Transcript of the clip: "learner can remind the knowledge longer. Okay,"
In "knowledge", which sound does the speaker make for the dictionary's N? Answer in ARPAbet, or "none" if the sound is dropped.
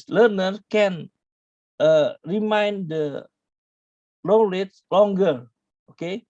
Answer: L